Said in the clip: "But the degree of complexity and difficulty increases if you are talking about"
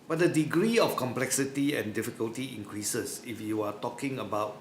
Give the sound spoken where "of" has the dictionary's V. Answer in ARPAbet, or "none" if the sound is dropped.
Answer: F